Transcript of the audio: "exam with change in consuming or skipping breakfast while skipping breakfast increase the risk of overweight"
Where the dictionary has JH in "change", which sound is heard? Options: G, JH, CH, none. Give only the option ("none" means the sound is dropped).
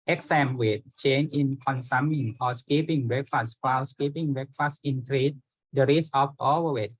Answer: none